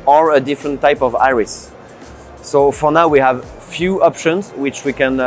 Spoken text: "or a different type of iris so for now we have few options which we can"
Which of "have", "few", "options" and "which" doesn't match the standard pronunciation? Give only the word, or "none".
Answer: none